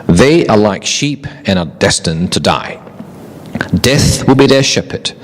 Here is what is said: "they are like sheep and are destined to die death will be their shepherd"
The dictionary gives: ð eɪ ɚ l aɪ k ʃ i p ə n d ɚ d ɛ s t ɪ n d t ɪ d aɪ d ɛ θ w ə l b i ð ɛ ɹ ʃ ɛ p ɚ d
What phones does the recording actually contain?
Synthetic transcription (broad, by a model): ð eɪ ɚ l aɪ k ʃ i p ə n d ɚ d ɛ s t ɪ n t ɪ d aɪ d ɛ θ w ə l b i ð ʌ ɹ ʃ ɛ p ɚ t